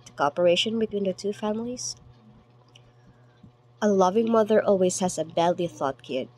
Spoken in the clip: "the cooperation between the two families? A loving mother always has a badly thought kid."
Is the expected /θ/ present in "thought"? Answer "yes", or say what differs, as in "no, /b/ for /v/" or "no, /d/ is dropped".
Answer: yes